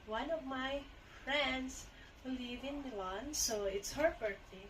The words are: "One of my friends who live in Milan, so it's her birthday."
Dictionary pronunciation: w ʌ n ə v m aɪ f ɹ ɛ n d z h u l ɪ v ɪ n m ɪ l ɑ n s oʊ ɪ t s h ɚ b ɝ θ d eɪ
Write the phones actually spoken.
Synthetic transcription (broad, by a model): w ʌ n ə v m aɪ f ɹ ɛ n d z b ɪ l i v ɪ n m ɪ l ɑ n s oʊ ɪ t s h ɚ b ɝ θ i